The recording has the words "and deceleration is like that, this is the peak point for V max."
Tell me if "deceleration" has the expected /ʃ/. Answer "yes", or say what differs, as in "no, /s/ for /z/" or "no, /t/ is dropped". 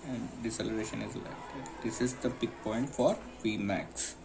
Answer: yes